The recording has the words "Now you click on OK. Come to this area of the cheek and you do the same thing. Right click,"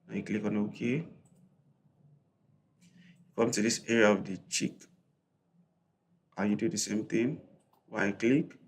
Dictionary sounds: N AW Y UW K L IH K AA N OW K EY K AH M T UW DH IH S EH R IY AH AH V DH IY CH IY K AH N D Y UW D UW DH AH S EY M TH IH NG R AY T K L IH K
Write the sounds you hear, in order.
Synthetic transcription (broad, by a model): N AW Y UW K L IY K AA N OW K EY K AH M T UW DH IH S EH R IY AH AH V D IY CH IY K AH Y UW D UW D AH S EY M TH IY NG W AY K L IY K